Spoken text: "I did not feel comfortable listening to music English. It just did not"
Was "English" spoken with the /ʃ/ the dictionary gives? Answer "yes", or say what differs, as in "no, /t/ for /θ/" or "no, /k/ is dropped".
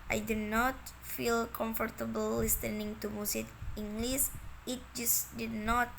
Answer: no, /s/ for /ʃ/